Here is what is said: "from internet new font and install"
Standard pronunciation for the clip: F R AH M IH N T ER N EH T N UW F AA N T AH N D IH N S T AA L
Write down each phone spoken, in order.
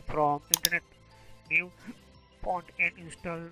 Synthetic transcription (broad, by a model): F R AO M IH N T ER N EH T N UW P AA N T AH N D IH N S T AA L